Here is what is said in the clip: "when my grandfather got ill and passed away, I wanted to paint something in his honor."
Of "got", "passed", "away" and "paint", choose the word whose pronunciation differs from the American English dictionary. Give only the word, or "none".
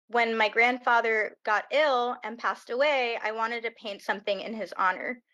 none